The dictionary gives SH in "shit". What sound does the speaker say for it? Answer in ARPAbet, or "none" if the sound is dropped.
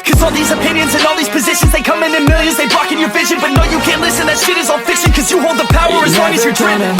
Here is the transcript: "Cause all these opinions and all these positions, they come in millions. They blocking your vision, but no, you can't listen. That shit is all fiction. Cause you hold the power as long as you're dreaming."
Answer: S